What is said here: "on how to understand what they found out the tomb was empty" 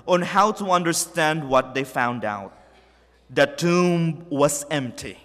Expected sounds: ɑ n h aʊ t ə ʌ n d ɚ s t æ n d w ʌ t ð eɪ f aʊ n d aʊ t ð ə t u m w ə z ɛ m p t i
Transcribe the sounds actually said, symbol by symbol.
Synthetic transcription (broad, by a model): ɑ n h aʊ t ə ʌ n d ɚ s t æ n d w ʌ t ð eɪ f aʊ n d aʊ t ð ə t u m w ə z ɛ m p t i